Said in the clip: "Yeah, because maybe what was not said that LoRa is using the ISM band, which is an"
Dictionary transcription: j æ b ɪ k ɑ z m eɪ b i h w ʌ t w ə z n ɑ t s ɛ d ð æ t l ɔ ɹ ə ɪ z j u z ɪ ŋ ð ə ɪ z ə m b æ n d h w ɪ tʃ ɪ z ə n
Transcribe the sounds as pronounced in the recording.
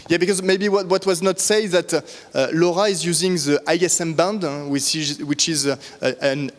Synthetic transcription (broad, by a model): j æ b ɪ k ɑ z m eɪ b i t w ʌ t w ə z n ɑ t s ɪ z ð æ t l ɔ ɹ ə ɪ z j u z ɪ ŋ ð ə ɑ s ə m b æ n d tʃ w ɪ tʃ ɪ z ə n